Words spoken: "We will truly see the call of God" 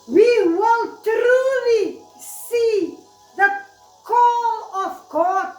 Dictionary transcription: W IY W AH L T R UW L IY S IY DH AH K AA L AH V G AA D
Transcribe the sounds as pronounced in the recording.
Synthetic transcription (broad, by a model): W IY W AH N T R UW L IY S IY DH AH K AA L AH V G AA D